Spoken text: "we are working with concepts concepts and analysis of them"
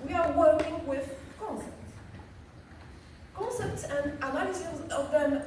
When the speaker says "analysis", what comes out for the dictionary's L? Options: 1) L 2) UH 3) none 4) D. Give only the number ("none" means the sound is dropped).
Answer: 3